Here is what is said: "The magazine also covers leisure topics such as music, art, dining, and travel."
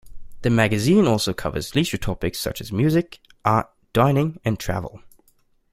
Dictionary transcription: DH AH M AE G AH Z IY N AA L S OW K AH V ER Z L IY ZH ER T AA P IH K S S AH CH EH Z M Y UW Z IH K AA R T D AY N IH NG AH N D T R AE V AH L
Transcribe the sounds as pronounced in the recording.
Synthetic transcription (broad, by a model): DH AH M AE G AH Z IY N AA L S OW K AH V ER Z L IY SH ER T AA P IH K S S AH CH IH Z M Y UW Z IH K AA R T D AY N IH NG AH N T R AE V AH L